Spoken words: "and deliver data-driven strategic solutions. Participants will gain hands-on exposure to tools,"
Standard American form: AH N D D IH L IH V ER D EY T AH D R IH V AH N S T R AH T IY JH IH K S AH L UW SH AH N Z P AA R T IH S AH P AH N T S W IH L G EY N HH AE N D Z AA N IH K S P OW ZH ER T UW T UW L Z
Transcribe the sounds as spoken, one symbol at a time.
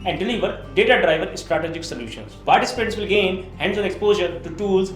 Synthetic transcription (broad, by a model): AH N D D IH L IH V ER D EY T AH D R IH V AH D S T R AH T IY JH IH K S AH L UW SH AH N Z P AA R T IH S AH P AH T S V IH L G EY N HH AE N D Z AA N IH K S P OW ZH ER T UW T UW L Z